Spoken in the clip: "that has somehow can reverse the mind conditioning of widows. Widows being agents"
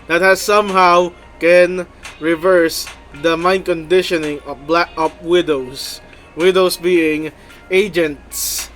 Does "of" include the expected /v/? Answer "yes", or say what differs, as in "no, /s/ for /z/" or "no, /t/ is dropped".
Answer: no, /p/ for /v/